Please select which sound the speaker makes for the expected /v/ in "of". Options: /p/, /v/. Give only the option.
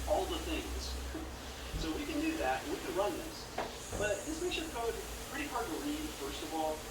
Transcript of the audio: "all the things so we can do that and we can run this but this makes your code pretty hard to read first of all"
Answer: /v/